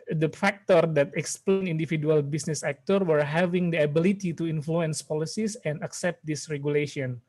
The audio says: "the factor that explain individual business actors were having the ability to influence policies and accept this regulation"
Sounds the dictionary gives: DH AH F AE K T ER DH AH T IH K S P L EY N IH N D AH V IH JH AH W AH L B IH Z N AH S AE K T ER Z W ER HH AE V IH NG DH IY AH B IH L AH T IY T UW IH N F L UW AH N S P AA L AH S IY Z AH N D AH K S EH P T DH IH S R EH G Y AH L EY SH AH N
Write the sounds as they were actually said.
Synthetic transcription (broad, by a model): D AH F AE K T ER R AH T IH K S P L EY N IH N D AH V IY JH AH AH L B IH S N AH S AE K T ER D W ER HH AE V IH NG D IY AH B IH L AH T IY T UW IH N F L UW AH N S P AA L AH S IY S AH N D AH K S EH P T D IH S R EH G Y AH L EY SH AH N